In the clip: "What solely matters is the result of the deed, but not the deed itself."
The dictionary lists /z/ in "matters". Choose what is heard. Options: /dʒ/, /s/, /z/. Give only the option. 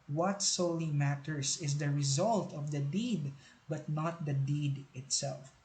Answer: /s/